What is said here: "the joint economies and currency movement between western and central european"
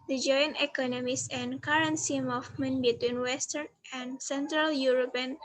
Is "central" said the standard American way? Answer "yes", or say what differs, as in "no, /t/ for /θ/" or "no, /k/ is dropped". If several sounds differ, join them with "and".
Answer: yes